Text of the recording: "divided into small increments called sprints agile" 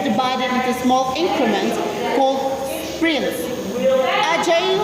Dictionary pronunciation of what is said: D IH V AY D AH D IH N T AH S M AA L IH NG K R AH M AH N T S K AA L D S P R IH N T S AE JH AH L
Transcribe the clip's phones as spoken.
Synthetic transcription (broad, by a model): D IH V AY D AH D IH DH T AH S M AA L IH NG K R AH M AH N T K AA L D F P R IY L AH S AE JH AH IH